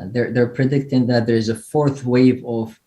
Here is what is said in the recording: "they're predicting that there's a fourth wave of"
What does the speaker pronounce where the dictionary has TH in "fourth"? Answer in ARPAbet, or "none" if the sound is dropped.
TH